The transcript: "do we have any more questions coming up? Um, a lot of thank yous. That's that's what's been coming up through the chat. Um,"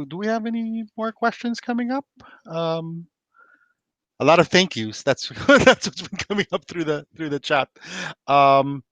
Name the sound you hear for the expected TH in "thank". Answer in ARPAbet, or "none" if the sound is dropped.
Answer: TH